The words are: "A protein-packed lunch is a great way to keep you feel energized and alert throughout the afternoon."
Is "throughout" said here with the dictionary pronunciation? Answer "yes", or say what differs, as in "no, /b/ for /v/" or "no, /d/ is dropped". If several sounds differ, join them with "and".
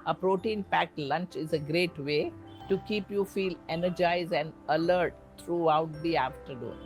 no, /t/ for /θ/